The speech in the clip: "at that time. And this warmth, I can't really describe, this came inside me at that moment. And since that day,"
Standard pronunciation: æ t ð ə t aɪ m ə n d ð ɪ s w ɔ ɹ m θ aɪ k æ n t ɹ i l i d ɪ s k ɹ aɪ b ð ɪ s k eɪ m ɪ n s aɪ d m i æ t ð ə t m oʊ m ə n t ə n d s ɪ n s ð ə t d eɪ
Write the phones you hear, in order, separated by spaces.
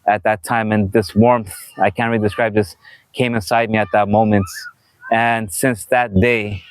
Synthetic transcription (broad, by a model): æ t ð ə t aɪ m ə n ð ɪ s w ɔ ɹ m θ aɪ k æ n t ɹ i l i d ɪ s k ɹ aɪ b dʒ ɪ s k eɪ m ɪ n s aɪ d m i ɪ t ð ə t m oʊ m ə n t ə n s ɪ n s ð ə t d eɪ